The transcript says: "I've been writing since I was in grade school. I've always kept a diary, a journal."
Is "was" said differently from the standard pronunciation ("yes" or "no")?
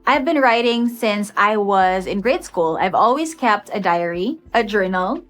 no